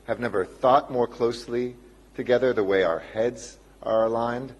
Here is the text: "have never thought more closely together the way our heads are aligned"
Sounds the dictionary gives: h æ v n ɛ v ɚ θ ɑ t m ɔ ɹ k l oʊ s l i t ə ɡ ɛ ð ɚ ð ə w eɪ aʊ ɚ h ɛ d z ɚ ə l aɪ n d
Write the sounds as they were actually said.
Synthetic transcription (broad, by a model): h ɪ v n ɛ v ɚ θ ɑ t m ɔ ɹ k l oʊ s l i t ə ɡ ɛ ð ɚ ð ə w eɪ aʊ ɚ h ɛ d z ɚ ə l aɪ n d